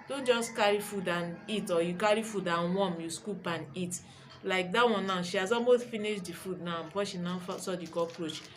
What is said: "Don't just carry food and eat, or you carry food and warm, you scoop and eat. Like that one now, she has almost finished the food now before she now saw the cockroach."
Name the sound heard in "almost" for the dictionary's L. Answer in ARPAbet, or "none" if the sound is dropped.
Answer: none